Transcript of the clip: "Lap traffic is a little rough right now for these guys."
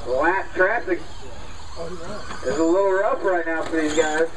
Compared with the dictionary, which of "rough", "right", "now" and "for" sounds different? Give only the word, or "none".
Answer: rough